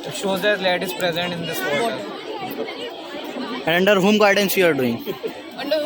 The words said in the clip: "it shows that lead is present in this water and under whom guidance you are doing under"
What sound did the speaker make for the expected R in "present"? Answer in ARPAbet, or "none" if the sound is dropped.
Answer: R